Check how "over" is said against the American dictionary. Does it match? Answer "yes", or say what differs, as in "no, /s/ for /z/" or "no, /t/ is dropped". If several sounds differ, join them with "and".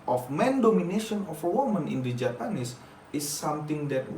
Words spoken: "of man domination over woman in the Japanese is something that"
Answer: no, /f/ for /v/